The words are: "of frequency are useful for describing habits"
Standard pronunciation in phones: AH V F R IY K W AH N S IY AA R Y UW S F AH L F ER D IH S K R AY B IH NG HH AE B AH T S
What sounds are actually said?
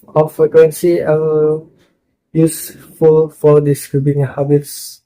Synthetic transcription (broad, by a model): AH F R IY K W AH N S IY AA L Y UW S F AH L F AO D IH S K R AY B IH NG HH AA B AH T S